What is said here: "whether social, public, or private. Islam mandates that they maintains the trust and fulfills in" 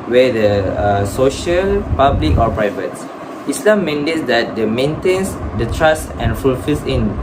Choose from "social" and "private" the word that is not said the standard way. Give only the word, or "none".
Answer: none